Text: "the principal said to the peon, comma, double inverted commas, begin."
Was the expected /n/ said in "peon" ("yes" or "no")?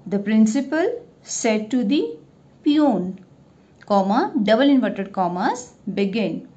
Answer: yes